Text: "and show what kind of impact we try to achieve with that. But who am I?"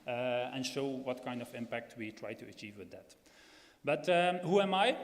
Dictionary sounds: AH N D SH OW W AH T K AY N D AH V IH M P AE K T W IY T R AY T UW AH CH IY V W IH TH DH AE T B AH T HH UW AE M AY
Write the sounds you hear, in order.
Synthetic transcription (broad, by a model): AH N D SH OW W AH T K AY N D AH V IH M P AE K T W IY T R AY T UW AH CH IY V W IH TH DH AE T B AH T HH UW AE M AY